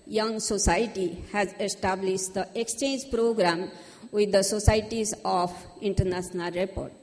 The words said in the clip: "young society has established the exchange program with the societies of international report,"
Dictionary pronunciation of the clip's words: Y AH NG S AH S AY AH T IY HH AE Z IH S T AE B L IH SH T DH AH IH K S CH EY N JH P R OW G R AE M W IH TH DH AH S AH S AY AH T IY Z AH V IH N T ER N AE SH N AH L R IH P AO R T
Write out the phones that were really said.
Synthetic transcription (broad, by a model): Y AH NG S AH S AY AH T IY HH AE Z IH S T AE B L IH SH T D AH IH K S CH EY N JH P R OW G R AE M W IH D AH S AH S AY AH T IY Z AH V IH N T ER N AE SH N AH L R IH P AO R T